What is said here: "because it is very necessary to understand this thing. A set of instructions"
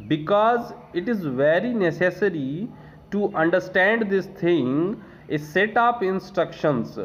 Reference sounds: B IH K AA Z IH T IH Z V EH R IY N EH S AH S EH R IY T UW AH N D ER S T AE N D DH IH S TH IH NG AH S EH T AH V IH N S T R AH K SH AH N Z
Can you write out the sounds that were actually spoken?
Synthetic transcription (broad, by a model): B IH K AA Z IH T IH Z V EH R IY N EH S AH S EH R IY T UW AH N D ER S T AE N D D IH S T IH NG AH S EH T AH P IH N S T R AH K SH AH N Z